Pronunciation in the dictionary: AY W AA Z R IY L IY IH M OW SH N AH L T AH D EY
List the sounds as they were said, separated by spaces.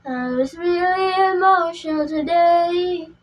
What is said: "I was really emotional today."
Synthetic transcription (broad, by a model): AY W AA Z R IY L IY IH M OW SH AH N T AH D EY